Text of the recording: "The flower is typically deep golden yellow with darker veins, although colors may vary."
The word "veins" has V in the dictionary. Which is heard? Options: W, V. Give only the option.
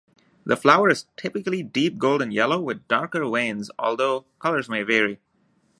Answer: W